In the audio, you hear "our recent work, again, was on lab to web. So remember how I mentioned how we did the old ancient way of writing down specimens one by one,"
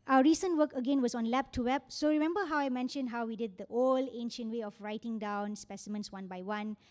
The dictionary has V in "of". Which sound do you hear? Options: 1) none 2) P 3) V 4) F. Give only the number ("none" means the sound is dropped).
4